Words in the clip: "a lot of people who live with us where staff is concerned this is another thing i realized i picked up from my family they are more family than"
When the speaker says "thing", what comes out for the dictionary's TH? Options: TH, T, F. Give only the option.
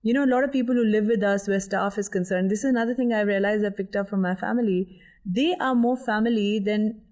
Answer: T